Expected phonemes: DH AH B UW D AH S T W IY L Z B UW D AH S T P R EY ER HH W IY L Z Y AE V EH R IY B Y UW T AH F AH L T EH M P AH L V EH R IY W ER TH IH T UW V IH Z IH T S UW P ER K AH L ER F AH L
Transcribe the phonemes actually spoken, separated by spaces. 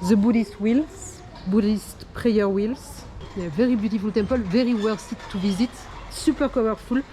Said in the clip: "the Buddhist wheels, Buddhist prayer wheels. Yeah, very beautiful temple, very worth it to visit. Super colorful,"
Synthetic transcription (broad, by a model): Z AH B UW D AH S T W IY L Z B UW D AH S T P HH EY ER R W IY L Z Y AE V EH R IY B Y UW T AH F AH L T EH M P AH L V EH R IY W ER S IH T UW V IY Z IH T S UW P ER K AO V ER F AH L